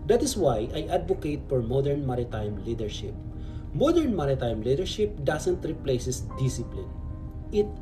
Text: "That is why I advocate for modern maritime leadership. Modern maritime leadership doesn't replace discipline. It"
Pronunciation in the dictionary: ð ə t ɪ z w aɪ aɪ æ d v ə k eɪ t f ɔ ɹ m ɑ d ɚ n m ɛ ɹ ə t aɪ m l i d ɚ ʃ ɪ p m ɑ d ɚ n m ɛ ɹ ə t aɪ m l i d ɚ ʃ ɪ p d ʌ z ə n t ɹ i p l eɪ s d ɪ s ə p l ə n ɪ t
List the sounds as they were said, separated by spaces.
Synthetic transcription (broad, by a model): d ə t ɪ s w aɪ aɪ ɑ d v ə k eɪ t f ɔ ɹ m ɑ d ɚ n m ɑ ɹ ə t aɪ m l i d ɚ ʃ ɪ p m ɑ d ɚ n m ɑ ɹ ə t aɪ m l i d ɚ ʃ ɪ p d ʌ s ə n t ɹ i p l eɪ s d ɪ s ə p l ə n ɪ t